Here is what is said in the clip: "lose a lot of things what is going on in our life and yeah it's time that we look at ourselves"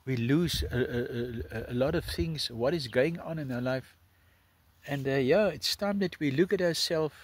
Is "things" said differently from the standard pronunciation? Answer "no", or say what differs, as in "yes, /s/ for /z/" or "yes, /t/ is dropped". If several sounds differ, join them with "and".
no